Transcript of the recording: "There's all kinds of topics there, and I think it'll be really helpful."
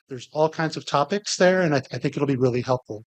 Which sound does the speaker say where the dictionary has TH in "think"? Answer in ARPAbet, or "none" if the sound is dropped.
TH